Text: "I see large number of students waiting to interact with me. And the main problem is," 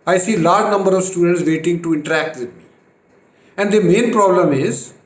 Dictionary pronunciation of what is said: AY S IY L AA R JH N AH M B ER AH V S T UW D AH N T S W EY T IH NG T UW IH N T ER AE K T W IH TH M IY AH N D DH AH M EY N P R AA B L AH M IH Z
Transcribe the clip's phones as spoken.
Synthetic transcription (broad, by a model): AY S IY L AA R JH N AH M B ER AH V S T UW D AH N T S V EY T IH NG T UW IH N T ER AE K T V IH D M IY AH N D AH M EY N P R AA B L AH M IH Z